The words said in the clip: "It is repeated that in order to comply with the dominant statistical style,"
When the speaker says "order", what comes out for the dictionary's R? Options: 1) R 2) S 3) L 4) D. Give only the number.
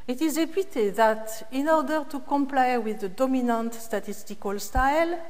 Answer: 1